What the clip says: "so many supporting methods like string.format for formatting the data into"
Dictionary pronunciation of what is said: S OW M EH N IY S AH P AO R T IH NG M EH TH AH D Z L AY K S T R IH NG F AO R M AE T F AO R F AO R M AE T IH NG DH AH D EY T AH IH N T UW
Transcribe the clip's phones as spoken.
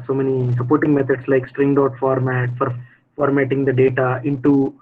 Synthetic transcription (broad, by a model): S OW M EH N IY S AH P AO R T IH NG M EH T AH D S L AY K S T R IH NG F AO R M AE T F AO R F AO R M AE T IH NG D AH D EY T AH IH N T UW